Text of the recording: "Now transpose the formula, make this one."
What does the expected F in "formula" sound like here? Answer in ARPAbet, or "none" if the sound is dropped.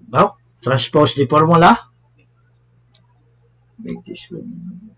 P